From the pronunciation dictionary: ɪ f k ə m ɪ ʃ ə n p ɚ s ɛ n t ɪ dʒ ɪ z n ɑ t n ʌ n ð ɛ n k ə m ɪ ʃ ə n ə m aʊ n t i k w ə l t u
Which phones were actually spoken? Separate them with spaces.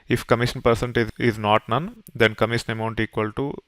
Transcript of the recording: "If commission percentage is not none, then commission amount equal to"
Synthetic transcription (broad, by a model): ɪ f k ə m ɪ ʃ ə n p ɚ s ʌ n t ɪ ɪ z n ɑ t n ʌ n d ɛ n k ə m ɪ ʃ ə n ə m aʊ n t i k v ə l t u